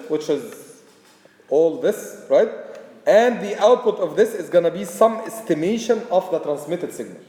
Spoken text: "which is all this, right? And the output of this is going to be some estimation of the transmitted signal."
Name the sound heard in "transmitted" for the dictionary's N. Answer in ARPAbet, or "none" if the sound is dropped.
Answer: N